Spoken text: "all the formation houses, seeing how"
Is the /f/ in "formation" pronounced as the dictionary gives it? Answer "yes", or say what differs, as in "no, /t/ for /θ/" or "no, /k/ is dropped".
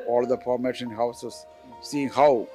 no, /p/ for /f/